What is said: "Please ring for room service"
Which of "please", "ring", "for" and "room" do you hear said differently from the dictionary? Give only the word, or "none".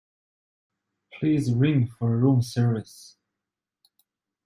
none